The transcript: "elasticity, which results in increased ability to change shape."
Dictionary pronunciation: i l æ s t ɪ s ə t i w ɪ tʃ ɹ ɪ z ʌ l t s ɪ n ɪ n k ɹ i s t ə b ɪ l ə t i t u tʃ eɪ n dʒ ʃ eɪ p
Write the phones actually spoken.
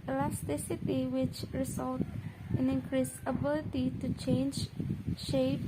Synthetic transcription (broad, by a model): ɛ l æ s t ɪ s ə t i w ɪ tʃ ɹ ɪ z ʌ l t ɪ n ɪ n k ɹ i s ə b ɪ l ə t i t u tʃ eɪ n dʒ ʃ eɪ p